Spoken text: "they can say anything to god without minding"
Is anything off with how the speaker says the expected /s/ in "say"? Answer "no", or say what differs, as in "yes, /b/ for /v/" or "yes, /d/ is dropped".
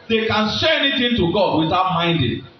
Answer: yes, /ʃ/ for /s/